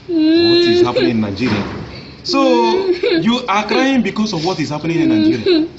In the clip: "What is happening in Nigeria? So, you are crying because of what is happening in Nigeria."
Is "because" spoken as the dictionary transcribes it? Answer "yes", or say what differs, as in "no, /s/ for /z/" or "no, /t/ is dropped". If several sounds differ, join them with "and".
no, /s/ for /z/